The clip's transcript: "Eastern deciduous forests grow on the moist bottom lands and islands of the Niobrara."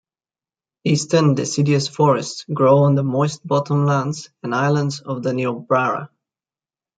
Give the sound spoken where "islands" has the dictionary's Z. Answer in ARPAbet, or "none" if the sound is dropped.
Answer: Z